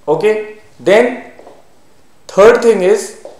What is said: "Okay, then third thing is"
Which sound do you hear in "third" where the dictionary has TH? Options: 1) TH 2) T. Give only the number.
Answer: 2